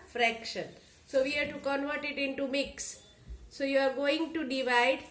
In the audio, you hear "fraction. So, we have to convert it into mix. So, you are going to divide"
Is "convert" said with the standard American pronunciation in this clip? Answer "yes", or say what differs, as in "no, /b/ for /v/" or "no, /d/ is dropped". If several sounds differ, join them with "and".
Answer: yes